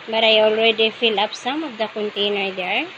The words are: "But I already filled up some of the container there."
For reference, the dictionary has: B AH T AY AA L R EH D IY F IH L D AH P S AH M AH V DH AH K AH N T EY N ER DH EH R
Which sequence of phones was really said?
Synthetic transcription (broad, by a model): B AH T AY AA L R EH D IY F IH L AH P S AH M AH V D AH K AH N T EY N ER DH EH R